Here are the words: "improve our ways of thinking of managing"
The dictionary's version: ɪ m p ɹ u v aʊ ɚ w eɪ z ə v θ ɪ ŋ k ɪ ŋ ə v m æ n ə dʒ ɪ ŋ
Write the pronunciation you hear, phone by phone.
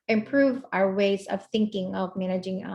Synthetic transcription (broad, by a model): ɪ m p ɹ u v aʊ ɚ w eɪ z ə v θ ɪ ŋ k ɪ ŋ ə v m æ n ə dʒ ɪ ŋ